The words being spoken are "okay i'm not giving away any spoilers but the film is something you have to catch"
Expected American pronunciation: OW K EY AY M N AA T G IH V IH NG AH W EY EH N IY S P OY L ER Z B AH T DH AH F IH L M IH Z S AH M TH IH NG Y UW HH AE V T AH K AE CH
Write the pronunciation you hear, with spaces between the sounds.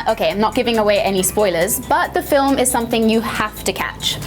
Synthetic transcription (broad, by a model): OW K EY AY M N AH T G IH V IH NG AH W EY EH N IY S P OY L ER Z B AH T DH AH F IH L M IH Z S AH M TH IH NG Y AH HH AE F T AH K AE CH